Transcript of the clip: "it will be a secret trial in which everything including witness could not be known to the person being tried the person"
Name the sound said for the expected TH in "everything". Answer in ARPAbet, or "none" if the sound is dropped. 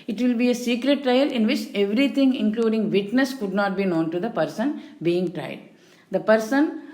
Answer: T